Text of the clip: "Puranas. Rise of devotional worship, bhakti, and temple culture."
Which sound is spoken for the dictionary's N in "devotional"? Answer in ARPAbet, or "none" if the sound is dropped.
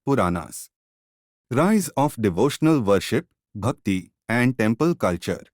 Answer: N